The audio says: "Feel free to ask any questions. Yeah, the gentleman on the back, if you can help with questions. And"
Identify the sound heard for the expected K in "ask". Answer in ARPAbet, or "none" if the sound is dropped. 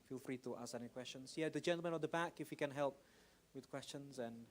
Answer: none